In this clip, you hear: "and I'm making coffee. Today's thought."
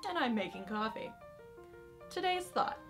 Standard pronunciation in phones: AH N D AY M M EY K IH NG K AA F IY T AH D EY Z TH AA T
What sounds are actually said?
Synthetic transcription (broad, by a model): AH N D AY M M EY K IH NG K AA F IY T AH D EY Z TH AA T